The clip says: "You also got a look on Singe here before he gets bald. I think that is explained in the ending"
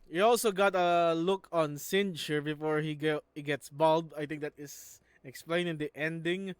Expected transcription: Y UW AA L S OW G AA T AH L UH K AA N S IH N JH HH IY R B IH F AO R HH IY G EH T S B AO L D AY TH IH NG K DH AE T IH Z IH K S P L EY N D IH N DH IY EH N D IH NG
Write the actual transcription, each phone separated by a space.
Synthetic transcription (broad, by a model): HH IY AA L S OW G AA T AH L UH K AA N S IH N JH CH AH R B IH F AO R HH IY G EH T S B AO L D AY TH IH NG K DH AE T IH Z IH K S P L EY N IH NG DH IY EH N D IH NG